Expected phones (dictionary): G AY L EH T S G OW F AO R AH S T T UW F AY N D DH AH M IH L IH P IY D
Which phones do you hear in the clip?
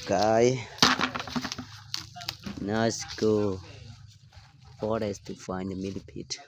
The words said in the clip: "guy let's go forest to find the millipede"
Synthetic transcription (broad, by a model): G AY N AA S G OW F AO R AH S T T UW F AY N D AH M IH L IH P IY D